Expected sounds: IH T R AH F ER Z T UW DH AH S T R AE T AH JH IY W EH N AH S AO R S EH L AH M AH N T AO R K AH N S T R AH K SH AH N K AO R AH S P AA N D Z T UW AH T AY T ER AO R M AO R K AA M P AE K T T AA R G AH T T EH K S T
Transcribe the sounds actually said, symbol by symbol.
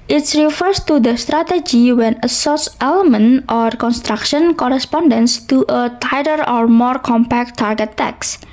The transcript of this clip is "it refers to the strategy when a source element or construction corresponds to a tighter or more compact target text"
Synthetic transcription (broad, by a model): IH T R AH F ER S T UW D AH S T R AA T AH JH IY W EH N AH S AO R S EH L AH M AH N T AO R K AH N S T R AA K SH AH N K AO R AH S P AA N D S T UW AH T AY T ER AO R M AO R K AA M P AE K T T AA R G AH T T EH K S